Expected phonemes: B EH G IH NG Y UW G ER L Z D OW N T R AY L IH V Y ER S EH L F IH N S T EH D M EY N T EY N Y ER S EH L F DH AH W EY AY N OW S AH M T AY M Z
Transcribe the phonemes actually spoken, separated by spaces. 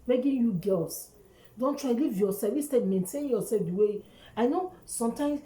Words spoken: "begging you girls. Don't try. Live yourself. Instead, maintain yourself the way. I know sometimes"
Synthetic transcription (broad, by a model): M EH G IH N Y UW G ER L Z D OW N T R AY L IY V Y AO S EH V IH S T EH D M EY N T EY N Y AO S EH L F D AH W EY AY N OW S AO M T AY M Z